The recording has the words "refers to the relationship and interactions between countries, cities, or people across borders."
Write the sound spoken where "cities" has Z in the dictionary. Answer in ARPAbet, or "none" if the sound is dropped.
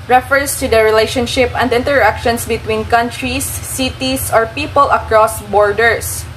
S